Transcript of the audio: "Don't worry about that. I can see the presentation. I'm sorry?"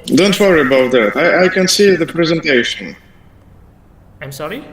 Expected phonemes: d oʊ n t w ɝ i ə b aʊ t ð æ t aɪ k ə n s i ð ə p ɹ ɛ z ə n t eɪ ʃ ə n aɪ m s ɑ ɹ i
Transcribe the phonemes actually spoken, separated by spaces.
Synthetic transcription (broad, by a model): d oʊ n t w ɝ i ə b aʊ t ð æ t aɪ k ə n s i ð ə p ɹ ɛ z ə n t eɪ ʃ ə n aɪ m s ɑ ɹ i